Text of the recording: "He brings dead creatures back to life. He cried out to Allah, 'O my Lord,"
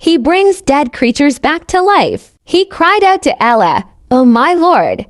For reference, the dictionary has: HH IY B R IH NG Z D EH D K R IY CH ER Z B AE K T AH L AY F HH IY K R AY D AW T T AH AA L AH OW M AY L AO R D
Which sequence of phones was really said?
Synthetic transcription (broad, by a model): HH IY B R IH NG Z D EH D K R IY CH ER Z B AE K T AH L AY F HH IY K R AY D AW T T AH L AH OW M AY L AO R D